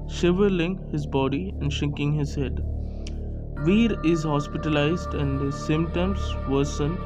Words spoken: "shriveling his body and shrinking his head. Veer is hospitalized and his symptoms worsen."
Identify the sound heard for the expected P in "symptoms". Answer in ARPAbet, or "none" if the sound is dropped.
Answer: none